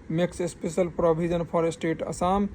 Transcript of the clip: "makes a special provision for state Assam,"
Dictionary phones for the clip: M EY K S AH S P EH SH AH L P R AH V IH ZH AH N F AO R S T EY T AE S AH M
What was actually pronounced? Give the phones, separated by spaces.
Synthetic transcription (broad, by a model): M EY K S AH S P EH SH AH L P R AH B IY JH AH N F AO R S T EY T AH S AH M